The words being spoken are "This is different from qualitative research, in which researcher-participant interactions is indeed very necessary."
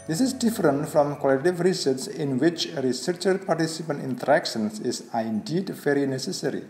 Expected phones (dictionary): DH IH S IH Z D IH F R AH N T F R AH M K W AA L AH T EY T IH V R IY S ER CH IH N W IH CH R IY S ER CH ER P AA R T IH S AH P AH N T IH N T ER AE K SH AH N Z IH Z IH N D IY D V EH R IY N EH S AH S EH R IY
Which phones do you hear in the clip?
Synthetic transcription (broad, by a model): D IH S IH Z D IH F R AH N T F R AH M K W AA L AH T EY T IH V R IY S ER S IH N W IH CH R IY S ER CH ER P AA R T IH S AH P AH N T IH N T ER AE K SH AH N S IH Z IH N D IY D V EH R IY N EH S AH S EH R IY